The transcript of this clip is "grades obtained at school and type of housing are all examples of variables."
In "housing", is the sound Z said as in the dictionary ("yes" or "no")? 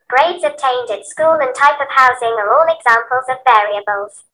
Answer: yes